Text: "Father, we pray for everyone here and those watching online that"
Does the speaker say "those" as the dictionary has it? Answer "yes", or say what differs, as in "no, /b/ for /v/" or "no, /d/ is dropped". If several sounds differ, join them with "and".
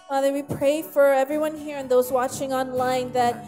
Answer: yes